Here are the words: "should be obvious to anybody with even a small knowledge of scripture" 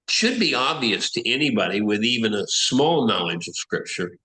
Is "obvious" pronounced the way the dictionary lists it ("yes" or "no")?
yes